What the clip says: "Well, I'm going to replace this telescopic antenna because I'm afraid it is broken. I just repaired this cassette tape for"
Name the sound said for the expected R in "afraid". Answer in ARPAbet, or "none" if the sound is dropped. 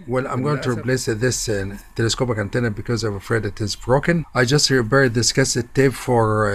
R